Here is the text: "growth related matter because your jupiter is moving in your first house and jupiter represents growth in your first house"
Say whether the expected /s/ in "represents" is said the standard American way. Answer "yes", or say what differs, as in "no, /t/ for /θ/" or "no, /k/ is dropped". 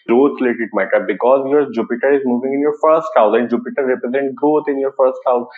no, /s/ is dropped